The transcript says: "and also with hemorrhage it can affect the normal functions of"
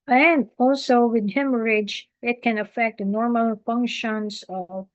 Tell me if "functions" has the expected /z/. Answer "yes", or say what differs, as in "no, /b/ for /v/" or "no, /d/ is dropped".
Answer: no, /s/ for /z/